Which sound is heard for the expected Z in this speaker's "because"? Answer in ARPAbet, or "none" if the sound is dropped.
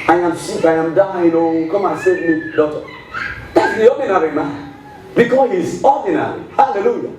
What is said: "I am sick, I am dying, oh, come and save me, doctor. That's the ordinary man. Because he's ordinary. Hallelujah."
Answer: none